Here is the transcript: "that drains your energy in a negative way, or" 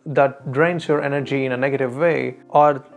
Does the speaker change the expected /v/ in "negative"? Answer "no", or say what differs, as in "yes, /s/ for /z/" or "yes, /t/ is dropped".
no